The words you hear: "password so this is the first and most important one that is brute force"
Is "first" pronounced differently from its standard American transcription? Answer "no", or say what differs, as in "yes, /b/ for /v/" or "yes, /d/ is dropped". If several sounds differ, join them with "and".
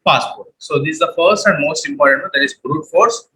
no